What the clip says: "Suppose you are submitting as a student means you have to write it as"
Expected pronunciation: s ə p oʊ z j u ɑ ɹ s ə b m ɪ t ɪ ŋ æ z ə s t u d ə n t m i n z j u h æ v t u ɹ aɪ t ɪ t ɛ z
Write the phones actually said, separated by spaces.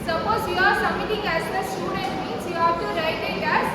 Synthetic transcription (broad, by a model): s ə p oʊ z j u ɑ ɹ s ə m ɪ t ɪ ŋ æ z ə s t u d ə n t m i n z j u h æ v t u ɹ aɪ t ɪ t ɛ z